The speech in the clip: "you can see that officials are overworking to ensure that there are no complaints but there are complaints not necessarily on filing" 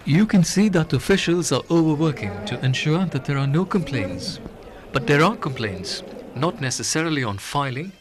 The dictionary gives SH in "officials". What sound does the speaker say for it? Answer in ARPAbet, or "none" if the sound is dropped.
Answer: SH